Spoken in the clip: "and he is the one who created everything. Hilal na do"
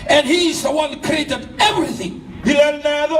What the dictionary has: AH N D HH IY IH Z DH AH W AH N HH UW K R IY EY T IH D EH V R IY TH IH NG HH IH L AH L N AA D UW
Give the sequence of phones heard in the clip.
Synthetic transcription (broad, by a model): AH N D HH IY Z DH AH W AH N K R IY EY T IH D EH V R IY TH IH NG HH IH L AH N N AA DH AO